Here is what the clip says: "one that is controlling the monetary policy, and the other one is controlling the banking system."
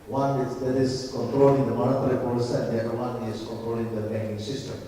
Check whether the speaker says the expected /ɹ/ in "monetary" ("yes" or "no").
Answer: no